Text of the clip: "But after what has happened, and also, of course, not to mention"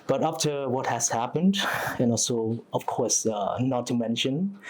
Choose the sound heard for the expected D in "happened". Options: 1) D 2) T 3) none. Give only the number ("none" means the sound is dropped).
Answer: 1